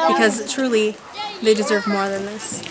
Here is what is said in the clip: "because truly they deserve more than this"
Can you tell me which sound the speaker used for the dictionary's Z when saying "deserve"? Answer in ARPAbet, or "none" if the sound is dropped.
Z